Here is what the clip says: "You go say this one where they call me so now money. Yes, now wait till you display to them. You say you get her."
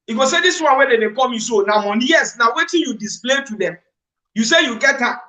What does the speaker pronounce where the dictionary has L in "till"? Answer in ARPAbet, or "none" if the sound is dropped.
N